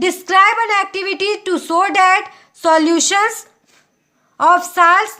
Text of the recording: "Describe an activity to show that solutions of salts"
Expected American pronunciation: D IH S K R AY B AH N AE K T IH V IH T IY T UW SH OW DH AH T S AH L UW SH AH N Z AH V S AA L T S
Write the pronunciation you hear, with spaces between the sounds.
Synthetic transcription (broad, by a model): D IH S K R AY B AH N AE K T IH V IH T IY T UW S OW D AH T S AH L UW SH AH N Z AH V S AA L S